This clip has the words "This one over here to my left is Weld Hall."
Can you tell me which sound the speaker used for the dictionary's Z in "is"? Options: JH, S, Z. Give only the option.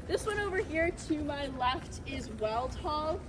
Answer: Z